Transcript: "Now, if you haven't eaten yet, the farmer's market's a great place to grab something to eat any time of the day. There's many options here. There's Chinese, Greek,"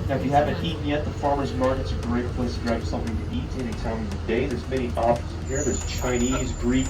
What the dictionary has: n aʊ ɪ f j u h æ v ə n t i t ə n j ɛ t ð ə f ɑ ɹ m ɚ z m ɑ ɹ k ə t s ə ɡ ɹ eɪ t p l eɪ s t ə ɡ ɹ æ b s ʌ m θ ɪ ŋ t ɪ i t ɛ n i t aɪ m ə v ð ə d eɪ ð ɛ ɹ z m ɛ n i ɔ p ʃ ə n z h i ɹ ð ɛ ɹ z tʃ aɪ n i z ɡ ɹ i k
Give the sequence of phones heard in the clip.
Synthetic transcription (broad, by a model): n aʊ ɪ f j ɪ h æ v ə n t i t n j ɛ t ð ə f ɑ ɹ m ɚ z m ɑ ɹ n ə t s ə ɡ ɹ eɪ t p l eɪ s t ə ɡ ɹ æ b s ʌ m θ ɪ ŋ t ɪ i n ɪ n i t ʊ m ə v ð ə d eɪ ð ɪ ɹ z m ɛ i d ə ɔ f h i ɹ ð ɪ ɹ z tʃ aɪ n i z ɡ ɹ i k